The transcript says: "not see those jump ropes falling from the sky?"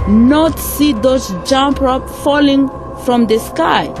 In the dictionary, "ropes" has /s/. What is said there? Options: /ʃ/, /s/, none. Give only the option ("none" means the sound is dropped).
none